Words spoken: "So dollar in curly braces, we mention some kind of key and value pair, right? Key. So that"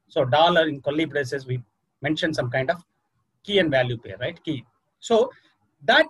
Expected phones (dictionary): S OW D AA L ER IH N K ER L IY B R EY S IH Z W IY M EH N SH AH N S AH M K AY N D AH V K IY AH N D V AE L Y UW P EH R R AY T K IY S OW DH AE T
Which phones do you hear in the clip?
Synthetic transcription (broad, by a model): S OW D AA L ER IH N K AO L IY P R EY S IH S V IY M EH N SH AH N S AH M K AY N D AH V K IY AH N D V AE L Y UW P EH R R AY T K IY S OW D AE T